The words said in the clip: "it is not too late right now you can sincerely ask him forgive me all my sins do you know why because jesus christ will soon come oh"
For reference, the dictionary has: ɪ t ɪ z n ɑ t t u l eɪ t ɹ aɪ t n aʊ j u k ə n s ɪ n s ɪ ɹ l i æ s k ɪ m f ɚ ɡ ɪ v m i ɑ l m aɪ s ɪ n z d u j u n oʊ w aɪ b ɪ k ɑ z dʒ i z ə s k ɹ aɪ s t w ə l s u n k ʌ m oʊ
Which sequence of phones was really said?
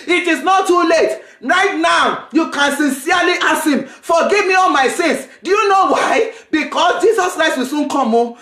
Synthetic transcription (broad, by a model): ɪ t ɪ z n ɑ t t u l eɪ t ɹ aɪ t n aʊ j u k ə n s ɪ n s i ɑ l i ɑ s ɪ m f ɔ ɡ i v m i ɑ l m aɪ s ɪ n s d u j u n oʊ w aɪ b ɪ k ɑ s dʒ i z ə s k ɹ aɪ s t w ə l s u n k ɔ m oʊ